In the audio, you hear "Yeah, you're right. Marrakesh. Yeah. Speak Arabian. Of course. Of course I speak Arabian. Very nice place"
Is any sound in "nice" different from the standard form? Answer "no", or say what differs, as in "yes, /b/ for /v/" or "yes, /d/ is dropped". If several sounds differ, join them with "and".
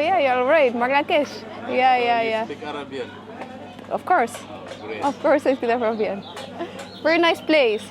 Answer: no